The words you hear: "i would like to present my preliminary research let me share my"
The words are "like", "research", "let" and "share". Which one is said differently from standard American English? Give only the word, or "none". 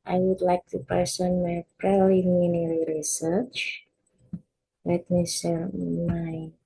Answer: share